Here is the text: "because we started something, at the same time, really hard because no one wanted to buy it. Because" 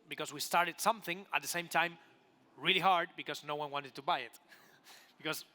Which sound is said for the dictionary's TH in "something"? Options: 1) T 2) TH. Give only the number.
2